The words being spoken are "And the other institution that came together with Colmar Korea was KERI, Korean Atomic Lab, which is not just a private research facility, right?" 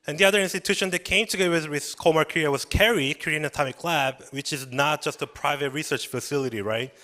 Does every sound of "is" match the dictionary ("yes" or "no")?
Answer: yes